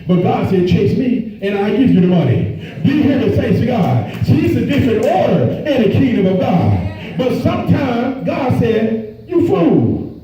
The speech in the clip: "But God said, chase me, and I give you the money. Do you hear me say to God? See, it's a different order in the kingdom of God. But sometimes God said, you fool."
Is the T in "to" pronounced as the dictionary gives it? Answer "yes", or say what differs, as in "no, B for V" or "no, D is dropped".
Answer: no, S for T